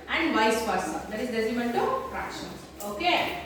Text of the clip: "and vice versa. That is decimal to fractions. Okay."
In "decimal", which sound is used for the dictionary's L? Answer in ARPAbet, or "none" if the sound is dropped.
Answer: N